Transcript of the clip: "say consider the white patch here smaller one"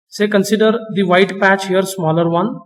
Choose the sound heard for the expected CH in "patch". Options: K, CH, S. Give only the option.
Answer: CH